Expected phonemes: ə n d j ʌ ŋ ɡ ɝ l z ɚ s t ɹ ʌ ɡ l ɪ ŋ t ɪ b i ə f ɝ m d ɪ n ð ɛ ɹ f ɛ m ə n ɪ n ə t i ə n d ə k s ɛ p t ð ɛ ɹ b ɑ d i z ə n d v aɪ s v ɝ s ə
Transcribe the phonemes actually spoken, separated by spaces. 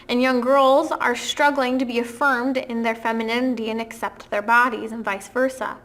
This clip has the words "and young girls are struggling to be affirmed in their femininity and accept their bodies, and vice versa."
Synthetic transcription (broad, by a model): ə n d j ʌ ŋ ɡ ɝ l z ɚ s t ɹ ʌ ɡ l ɪ ŋ t ɪ b i ə f ɝ m d ɪ n ð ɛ ɹ f ɛ m ə n ɪ n ə t i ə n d ə k s ɛ p t ð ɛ ɹ b ɑ d i z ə n v aɪ s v ɝ s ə